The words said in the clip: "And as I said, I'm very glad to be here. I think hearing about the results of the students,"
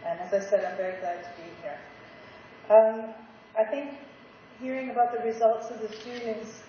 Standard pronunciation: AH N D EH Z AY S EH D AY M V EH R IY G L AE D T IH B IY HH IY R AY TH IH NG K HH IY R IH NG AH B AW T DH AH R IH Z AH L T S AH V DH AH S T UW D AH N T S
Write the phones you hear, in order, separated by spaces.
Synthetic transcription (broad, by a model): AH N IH Z AY S EH D AY M V EH R IY G L AE D T IH B IY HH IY R AY TH IH NG K HH IY R IH NG AH B AW T DH AH R IH Z AH L T S AH V DH AH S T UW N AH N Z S